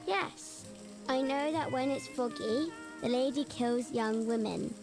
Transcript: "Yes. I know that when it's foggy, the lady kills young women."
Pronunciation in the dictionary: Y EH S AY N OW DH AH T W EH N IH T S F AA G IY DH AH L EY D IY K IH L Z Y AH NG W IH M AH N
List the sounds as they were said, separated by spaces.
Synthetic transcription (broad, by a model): Y EH S AY N OW DH AH T W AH N IH T S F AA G IY DH AH L EY D IY K IH L Z Y AH NG W IH M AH N